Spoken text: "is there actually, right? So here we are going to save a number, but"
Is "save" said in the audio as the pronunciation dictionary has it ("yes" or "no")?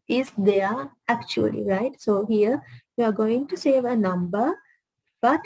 yes